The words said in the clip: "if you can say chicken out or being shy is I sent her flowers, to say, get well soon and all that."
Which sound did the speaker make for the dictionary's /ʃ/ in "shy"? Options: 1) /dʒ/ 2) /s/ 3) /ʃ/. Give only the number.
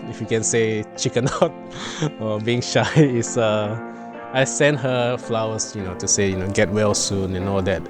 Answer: 3